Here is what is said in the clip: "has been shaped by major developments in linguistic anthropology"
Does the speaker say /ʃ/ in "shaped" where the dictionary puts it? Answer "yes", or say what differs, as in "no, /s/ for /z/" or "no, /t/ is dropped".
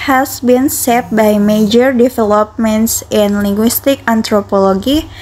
no, /s/ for /ʃ/